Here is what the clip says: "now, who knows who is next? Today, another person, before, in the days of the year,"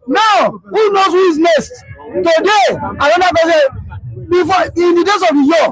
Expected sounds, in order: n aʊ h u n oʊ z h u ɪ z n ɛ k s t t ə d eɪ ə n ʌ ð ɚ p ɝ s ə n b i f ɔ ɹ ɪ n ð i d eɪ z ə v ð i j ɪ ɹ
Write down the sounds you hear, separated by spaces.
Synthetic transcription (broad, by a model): n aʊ h u n oʊ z h u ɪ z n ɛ s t t ə d eɪ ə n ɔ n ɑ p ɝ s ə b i f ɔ ɪ n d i d eɪ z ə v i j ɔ